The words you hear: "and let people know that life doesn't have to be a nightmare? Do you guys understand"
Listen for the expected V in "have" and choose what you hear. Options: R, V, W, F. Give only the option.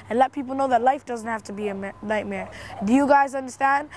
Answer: F